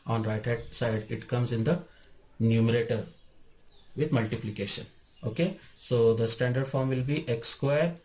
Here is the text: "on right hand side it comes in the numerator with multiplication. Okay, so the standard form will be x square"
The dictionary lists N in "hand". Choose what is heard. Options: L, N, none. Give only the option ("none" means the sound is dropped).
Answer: none